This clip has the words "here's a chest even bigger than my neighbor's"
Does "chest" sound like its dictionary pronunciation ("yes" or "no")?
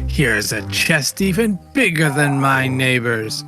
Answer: yes